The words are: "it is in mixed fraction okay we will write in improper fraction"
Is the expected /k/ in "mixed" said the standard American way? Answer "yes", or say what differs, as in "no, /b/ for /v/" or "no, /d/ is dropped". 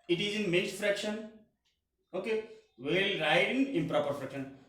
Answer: no, /k/ is dropped